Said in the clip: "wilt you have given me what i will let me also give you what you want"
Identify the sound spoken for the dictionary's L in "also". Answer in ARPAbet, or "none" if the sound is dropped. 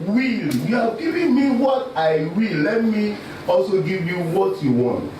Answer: L